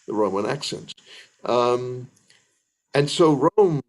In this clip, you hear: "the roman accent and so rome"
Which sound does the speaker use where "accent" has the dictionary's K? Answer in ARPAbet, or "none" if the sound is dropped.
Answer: K